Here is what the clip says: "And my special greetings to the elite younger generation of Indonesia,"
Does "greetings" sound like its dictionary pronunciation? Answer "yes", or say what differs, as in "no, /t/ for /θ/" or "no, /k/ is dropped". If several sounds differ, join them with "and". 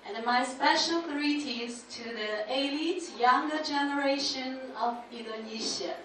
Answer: no, /ŋ/ is dropped